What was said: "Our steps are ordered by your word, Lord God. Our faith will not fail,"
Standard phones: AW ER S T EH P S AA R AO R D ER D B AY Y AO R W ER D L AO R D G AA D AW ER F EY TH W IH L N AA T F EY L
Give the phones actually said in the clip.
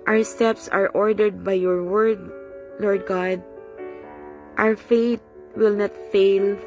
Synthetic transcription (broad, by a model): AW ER S T EH P S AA R AO R D ER D B AY Y AO R W ER D L AO R D G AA D AW ER F EY T W IH L N AA T F EY L